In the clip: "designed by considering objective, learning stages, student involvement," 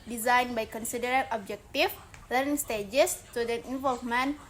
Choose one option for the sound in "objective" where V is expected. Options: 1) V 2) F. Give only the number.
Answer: 2